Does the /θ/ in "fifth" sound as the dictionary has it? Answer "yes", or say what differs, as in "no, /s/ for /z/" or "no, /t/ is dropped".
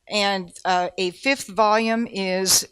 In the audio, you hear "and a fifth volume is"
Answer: yes